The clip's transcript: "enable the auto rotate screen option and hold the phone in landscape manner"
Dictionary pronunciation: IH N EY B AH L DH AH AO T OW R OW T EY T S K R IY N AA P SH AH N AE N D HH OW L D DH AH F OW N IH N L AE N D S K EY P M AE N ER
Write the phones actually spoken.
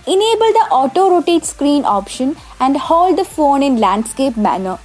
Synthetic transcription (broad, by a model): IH N EY B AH L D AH AO T OW R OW T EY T S K R IY N AA P SH AH N AE N D HH OW L D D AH F OW N IH N L AE N D S K EY P M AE N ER